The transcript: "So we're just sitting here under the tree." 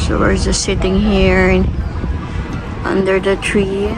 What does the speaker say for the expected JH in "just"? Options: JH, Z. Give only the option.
Z